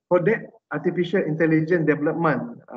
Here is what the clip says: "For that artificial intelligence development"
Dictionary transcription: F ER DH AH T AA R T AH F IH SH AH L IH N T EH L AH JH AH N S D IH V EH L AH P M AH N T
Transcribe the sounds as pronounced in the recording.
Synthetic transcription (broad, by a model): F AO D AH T AA T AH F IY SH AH L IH N T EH L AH JH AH N D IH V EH L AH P M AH N